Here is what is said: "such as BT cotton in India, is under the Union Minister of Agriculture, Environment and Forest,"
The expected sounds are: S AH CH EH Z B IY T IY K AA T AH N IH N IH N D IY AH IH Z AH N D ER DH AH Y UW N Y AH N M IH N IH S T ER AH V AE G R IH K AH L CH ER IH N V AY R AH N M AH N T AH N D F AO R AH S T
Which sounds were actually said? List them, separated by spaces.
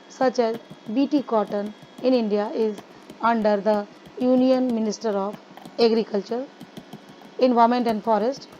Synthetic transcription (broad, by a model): S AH CH EH Z B IY T IY K AA T AH N IH N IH N D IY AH IH Z AH N D ER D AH Y UW N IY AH N M IH N IH S T ER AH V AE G R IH K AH L CH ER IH N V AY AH M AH N T AH N D F AO R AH S T